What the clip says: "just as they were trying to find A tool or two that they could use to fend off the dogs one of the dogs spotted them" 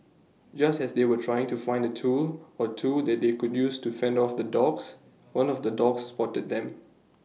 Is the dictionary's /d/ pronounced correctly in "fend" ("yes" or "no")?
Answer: yes